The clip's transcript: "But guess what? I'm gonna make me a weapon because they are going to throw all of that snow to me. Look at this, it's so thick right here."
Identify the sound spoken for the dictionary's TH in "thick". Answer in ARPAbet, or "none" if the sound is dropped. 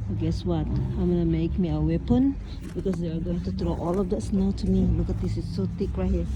T